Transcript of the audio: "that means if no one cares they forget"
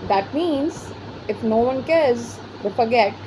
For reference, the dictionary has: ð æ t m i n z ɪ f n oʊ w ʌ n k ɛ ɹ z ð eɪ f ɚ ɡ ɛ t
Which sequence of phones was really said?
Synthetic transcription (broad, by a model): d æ t m i n z ɪ f n oʊ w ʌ n k ɛ ɹ z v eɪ f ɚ ɡ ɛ t